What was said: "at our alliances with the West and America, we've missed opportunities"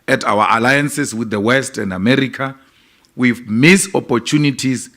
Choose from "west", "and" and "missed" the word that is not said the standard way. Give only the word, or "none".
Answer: missed